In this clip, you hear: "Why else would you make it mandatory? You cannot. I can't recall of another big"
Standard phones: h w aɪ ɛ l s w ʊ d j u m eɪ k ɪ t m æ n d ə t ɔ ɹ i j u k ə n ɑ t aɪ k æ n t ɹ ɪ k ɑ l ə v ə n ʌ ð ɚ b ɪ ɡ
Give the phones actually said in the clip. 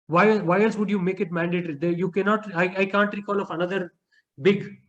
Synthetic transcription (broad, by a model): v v aɪ ɛ l s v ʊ d j u m eɪ k ɪ t m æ n d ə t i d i j u k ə n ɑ t aɪ k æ n t ɹ ɪ k ɑ l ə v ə n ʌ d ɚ b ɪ ɡ